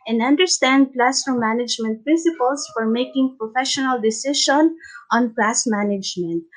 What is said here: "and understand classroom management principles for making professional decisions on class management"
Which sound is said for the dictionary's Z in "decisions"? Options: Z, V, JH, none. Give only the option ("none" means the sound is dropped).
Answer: none